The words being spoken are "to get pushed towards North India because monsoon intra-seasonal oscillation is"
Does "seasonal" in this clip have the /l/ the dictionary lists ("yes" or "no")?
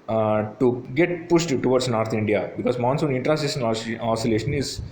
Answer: no